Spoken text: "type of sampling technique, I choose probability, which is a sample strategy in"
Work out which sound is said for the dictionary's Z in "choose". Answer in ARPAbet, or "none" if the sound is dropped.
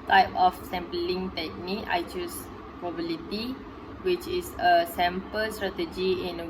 S